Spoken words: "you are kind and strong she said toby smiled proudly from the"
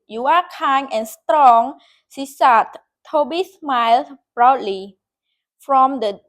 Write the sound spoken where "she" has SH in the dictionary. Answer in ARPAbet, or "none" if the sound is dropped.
S